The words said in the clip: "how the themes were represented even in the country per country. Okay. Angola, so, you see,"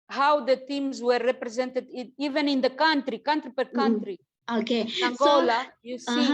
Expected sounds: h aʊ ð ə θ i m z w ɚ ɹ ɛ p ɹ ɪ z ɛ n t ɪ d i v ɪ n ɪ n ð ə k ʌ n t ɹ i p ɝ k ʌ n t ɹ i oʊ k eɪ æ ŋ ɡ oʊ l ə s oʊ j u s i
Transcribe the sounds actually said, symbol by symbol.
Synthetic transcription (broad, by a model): h aʊ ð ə t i m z w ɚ ɹ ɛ p ɹ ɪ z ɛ n t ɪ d i v ɪ n ɪ n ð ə k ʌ n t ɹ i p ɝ k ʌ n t ɹ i oʊ k eɪ æ ŋ ɡ oʊ l ə j u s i